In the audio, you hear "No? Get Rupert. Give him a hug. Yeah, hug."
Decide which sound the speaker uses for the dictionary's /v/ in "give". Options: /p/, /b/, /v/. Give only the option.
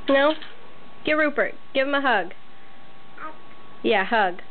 /v/